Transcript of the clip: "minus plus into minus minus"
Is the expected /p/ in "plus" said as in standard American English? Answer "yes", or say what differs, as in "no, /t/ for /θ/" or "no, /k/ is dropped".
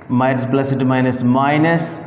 no, /b/ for /p/